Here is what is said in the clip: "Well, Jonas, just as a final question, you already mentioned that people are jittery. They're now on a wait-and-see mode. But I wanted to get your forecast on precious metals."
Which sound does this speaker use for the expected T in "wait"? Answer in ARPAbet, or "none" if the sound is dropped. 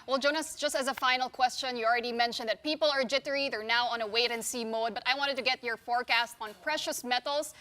T